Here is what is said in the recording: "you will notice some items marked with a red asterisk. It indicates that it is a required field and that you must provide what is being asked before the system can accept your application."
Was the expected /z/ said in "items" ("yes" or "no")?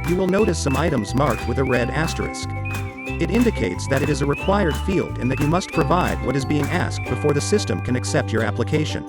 yes